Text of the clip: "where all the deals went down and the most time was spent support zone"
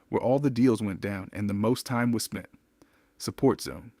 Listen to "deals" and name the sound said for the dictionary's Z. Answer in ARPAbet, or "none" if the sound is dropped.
Z